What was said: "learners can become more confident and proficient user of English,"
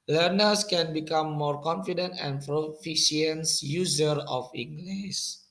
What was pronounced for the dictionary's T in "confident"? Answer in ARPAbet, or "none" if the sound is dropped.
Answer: T